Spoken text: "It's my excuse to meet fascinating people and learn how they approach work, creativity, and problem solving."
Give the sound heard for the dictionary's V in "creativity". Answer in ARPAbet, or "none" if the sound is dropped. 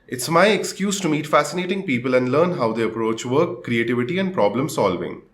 V